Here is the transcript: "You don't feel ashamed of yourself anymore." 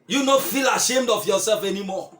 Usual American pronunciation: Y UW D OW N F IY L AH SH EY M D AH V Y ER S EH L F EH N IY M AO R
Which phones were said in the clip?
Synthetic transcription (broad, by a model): Y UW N OW F IY L AH SH EY M D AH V Y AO S EH L F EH N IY M AO